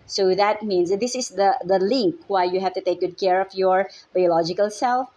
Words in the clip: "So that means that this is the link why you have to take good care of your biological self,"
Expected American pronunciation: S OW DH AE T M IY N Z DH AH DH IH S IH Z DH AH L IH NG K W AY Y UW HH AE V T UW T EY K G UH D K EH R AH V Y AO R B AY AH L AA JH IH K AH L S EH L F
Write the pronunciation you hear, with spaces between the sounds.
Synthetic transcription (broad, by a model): S OW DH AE T M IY N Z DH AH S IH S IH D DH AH L IH NG K W AY Y UW HH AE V T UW T EY K G UH D K EH R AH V Y AO R B AY AH L AA JH IH K AH L S EH L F